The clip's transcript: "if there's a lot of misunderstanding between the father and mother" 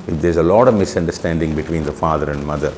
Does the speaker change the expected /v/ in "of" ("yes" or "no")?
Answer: no